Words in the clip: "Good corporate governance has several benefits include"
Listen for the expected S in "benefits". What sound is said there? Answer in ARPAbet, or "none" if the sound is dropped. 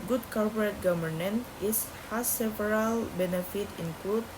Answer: none